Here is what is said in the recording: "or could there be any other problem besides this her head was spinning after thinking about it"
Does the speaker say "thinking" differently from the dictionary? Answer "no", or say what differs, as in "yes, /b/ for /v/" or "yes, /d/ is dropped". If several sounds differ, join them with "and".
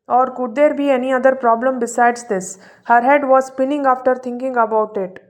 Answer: yes, /t/ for /θ/